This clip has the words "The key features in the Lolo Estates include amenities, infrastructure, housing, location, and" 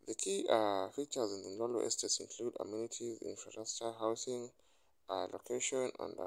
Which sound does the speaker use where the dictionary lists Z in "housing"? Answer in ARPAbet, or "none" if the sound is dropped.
S